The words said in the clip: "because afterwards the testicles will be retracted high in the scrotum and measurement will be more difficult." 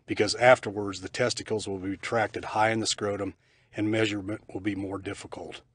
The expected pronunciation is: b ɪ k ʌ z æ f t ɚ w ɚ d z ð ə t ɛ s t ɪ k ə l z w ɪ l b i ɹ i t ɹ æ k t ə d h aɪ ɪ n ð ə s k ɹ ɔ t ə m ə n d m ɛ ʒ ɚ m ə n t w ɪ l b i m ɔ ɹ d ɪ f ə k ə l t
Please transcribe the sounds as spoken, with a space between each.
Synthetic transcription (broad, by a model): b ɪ k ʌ z æ f t ɚ w ɚ d z ð ə t ɛ s t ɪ k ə l z w ɪ l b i i t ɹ æ k t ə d h aɪ ɪ n ð ə s k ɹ ɔ t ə m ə n m ɛ ʒ ɚ m ə n t w ɪ l b i m ɔ ɹ d ɪ f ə k l t